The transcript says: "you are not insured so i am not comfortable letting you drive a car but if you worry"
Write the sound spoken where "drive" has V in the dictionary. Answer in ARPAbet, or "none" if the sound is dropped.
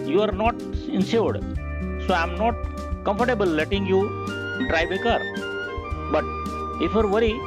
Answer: B